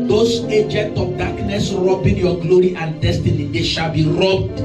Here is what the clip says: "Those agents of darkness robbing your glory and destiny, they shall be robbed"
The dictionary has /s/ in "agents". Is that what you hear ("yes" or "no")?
no